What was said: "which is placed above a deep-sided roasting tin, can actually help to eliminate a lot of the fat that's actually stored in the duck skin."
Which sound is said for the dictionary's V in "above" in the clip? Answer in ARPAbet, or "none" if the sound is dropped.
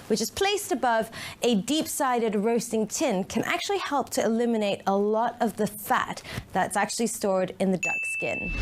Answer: V